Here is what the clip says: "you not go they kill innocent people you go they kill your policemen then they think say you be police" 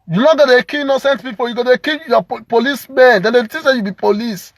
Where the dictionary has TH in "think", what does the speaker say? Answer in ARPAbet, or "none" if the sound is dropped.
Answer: T